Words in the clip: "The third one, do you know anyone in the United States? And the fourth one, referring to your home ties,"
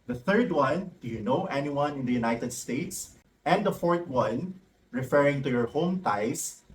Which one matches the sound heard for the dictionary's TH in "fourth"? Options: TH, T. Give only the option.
T